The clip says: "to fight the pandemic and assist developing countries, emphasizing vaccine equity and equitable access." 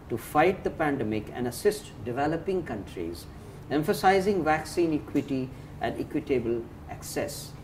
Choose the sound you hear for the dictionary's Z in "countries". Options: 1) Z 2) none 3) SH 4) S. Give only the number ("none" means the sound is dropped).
1